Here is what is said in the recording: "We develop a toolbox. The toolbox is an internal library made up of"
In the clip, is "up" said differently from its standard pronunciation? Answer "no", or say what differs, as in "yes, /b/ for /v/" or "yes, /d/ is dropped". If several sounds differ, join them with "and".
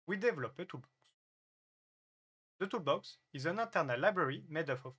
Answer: yes, /f/ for /p/